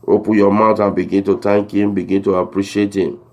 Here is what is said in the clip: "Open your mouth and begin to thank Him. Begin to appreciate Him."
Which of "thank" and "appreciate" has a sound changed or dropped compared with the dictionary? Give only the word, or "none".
thank